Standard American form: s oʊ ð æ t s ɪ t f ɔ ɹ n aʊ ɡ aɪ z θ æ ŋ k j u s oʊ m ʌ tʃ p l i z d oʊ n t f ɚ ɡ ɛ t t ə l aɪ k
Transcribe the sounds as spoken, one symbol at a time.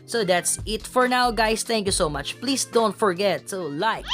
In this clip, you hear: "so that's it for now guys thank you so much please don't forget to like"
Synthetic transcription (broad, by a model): s oʊ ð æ t s ɪ t f ɔ ɹ n aʊ ɡ aɪ s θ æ ŋ k j u s oʊ m ʌ tʃ p l i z d oʊ n t f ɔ ɡ ɛ t s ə l aɪ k